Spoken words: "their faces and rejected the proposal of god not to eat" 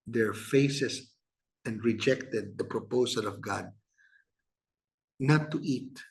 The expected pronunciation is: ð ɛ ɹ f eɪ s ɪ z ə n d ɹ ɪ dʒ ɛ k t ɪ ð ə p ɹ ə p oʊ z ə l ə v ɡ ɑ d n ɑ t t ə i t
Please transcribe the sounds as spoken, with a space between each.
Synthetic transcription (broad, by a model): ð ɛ ɹ f eɪ s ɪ s ə n d ɹ ɪ dʒ ɛ k t ɪ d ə p ɹ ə p oʊ s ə l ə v ɡ ɑ d n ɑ t t i t